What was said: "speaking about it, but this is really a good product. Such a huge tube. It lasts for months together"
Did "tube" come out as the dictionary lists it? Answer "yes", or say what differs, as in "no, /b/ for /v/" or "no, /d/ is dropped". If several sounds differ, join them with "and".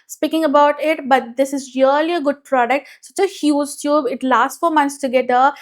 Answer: yes